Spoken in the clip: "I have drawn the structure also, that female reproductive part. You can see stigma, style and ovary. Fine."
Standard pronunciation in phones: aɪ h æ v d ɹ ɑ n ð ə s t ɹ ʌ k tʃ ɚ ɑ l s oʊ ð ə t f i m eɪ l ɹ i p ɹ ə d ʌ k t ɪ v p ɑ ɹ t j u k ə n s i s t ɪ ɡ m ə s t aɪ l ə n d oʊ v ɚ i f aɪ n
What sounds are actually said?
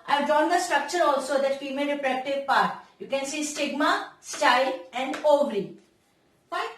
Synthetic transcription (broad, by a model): aɪ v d ɑ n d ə s t ɹ ʌ k tʃ ɚ ɑ l s oʊ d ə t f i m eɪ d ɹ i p ɹ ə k t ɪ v p ɑ ɹ t j u k ə n s i s t ɪ ɡ m ə s t aɪ l ə n d oʊ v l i